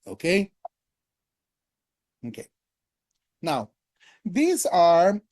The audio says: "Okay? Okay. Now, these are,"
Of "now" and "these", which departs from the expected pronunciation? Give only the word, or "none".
none